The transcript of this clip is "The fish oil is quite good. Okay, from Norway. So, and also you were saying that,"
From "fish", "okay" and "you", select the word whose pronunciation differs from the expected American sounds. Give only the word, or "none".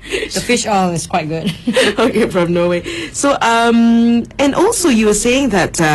none